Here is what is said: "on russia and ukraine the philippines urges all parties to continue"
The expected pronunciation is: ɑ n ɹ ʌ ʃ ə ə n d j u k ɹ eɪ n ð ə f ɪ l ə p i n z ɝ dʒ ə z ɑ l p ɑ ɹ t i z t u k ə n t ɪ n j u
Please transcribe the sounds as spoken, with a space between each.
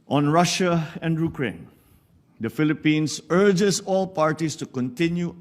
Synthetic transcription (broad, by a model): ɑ n ɹ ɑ ʃ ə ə n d j u k ɹ eɪ n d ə f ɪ l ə p i n s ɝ dʒ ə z ɑ l p ɑ ɹ t i s t u k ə n t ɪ n j u